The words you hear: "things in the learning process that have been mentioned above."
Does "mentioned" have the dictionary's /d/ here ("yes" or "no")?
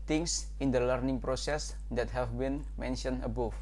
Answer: no